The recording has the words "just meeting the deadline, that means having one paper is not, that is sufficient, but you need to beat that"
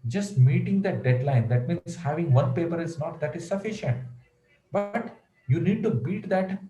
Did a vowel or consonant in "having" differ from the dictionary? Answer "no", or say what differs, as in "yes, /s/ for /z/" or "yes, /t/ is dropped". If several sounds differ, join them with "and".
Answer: no